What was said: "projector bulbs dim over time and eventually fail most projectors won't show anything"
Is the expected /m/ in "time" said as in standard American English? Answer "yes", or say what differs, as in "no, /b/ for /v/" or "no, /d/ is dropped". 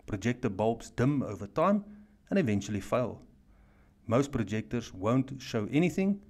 yes